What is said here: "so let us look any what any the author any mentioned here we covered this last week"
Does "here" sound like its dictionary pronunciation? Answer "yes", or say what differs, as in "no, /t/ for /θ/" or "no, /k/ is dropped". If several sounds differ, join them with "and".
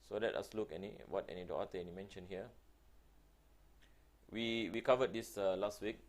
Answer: no, /w/ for /ɹ/